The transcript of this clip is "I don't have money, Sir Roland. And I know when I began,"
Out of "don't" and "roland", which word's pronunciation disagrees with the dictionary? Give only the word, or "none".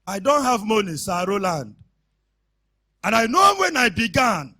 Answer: none